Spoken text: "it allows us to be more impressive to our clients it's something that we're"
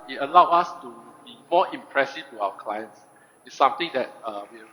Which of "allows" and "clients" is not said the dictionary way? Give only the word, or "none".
allows